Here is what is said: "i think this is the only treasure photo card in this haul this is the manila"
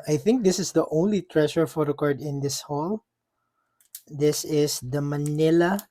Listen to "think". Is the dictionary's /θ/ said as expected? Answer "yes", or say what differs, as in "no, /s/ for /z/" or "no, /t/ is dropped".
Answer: yes